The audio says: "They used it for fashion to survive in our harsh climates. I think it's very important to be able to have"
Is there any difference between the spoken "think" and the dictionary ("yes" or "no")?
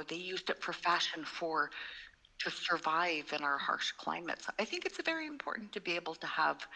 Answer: no